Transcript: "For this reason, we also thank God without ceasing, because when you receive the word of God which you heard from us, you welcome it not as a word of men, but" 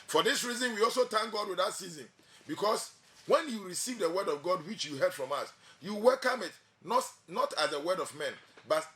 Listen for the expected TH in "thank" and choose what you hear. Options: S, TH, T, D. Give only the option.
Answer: T